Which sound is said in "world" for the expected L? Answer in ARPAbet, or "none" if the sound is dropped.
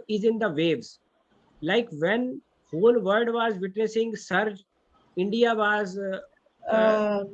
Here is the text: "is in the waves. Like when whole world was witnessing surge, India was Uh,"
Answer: none